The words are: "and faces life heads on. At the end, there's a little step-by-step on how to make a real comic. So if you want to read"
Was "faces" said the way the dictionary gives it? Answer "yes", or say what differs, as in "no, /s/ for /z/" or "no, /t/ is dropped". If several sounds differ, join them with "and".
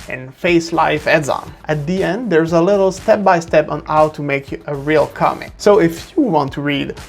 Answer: no, /s/ is dropped and /s/ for /z/